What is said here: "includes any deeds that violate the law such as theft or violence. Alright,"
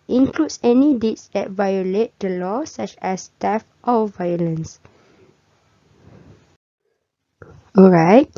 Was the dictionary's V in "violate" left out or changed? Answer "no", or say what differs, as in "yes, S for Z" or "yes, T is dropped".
no